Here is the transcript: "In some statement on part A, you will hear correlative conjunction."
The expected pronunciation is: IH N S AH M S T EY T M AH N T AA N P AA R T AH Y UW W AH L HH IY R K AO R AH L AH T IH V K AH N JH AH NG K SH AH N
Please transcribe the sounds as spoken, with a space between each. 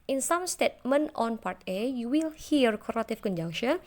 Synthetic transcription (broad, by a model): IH N S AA M S T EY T M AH N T AA N P AA R T AH Y UW W AH L HH IY R K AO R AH T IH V K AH N JH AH NG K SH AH N